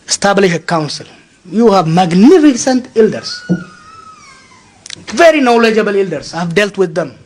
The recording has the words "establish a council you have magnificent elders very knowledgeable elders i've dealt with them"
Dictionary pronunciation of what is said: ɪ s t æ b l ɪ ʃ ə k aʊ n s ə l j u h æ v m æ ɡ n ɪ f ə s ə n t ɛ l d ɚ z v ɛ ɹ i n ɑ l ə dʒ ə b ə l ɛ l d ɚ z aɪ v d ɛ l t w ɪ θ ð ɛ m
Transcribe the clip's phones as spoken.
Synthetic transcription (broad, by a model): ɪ s t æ b l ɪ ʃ ə k aʊ n s ə l j u h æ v m æ ɡ n ɪ f ə s ə n t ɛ l d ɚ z v ɛ ɹ i n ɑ l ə dʒ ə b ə l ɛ l d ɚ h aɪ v d ɛ l t w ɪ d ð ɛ m